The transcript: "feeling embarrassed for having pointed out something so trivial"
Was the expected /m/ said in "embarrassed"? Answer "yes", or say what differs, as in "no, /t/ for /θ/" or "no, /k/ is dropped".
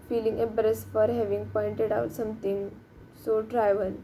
no, /m/ is dropped